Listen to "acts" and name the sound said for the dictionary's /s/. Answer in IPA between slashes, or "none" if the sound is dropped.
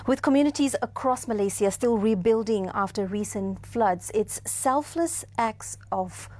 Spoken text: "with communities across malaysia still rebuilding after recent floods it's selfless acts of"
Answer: /s/